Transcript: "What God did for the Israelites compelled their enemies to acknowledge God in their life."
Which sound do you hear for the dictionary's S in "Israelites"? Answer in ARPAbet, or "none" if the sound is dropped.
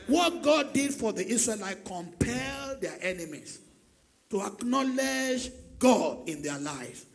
none